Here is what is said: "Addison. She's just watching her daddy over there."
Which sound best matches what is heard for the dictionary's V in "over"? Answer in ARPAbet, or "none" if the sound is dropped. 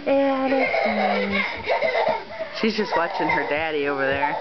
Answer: V